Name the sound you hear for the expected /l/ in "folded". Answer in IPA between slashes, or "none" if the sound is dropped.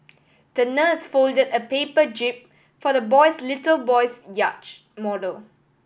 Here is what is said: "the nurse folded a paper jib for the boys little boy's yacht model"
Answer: /l/